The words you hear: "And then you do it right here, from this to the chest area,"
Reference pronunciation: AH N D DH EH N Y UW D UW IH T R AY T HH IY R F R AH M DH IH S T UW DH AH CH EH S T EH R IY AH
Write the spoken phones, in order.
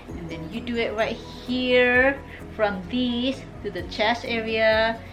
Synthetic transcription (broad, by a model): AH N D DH EH N Y UW D UW IH T R AY T HH IY R F R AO M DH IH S T UW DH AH CH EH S EH R IY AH